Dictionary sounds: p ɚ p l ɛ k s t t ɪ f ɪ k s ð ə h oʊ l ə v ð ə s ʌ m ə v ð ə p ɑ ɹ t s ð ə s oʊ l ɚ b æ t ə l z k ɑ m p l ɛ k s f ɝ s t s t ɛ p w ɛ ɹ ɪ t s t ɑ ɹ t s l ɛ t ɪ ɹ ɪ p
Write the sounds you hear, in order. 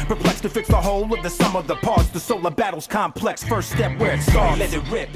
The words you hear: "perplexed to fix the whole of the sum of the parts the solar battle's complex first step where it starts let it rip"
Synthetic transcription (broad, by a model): p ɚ p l ɛ k s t t ɪ f ɪ k s ð ə h oʊ l ə v ð ə s ʌ m ə v ð ə p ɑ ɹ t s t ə s oʊ l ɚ b æ t l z k ɑ m p l ɛ k s f ɝ s t s t ɛ p w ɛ ɹ ɪ t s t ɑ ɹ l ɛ ɪ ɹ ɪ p